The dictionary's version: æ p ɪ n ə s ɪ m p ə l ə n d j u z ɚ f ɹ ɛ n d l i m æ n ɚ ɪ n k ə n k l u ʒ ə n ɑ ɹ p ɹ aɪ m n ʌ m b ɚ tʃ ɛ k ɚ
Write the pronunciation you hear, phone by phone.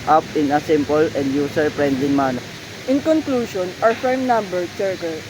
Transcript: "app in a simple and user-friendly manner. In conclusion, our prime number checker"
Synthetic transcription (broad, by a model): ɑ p ɪ n ə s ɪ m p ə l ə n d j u s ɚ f ɹ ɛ n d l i m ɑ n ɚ ɪ n k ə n k l u ʃ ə n ɑ ɹ f ɹ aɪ m n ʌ m b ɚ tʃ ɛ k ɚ